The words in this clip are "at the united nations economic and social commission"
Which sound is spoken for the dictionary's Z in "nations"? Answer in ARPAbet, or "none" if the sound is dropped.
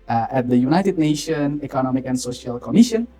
none